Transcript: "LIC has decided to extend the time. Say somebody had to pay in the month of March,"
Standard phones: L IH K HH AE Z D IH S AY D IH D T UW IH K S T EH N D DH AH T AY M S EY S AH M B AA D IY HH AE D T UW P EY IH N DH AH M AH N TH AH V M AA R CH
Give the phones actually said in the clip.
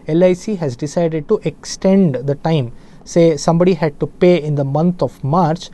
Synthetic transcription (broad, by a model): L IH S HH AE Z D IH S AY D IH D T UW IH K S T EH N D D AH T AY M S EY S AH M B AA D IY HH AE D T UW P EY IH N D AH M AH N T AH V M AA R CH